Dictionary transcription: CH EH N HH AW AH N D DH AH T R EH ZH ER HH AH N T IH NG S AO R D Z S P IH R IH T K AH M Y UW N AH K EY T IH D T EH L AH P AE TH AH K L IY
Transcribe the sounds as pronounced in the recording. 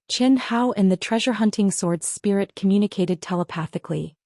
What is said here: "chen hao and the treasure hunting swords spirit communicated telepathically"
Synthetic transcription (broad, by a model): CH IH N HH AW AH N DH AH T R EH ZH ER HH AH N T IH NG S AO R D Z S P IH R IH T K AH M Y UW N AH K EY T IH D T EH L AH P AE TH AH K L IY